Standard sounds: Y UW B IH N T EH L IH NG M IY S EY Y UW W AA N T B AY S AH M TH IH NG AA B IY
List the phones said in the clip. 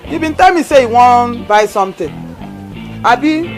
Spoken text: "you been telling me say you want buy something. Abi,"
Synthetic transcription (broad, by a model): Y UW B IH N T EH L M IY S EY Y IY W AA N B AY S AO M T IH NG AA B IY